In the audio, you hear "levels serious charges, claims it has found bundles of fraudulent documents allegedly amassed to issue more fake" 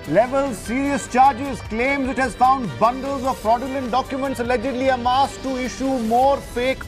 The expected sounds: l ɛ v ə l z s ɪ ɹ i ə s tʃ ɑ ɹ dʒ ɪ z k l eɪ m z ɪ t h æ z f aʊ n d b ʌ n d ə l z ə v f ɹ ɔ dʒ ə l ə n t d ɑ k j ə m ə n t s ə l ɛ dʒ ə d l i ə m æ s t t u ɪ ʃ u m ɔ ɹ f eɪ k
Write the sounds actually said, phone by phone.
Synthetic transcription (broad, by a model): l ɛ v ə l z s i ɹ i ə s tʃ ɑ ɹ dʒ ɪ z k l eɪ m z ɪ t h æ z f aʊ n d b ʌ n d ə l z ə v p ɹ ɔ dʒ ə l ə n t d ɑ k j ə m ə n t s ə l ɛ dʒ ə d l i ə m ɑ s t t u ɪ ʃ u m ɔ ɹ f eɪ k